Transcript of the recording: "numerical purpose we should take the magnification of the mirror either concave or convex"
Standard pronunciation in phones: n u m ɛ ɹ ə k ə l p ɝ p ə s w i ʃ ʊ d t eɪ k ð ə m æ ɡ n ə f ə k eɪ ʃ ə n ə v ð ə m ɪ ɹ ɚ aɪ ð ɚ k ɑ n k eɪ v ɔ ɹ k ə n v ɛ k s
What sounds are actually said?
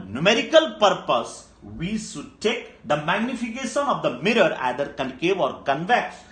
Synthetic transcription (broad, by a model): n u m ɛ ɹ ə k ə l p ɝ p ə s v i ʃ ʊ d t eɪ k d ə m æ ɡ n ə f ə k eɪ ʃ ə n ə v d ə m ɪ ɹ ɚ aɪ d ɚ k ɑ n k eɪ v ɔ ɹ k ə n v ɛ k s